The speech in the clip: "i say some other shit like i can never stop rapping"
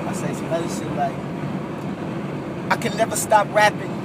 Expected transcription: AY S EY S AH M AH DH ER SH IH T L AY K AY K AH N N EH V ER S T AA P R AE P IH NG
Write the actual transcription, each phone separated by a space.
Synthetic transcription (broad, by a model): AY S EY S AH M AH IH S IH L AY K AY K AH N N EH V ER S T AA P R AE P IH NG